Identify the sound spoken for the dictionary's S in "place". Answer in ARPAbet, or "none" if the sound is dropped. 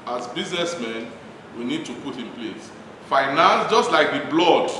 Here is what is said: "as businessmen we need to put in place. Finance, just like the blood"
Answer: S